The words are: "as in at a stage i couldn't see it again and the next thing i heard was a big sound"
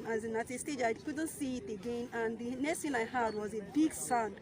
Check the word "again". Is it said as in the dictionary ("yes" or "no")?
yes